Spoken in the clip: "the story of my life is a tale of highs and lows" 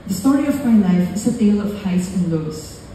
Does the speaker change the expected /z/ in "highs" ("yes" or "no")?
yes